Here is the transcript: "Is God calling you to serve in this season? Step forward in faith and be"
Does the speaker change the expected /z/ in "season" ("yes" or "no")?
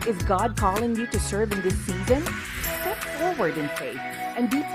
no